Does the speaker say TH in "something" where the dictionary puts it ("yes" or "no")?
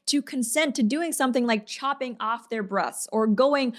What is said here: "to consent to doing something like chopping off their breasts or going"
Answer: yes